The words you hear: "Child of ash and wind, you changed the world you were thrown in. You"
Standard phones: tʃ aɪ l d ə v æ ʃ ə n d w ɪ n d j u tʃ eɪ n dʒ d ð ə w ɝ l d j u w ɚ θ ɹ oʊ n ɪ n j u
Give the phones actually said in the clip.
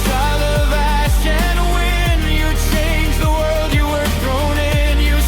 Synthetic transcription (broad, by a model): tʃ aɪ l ə v æ ʃ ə n w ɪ n j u tʃ eɪ n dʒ ð ə w ɝ l d j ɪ w ɚ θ ɹ oʊ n ɪ n j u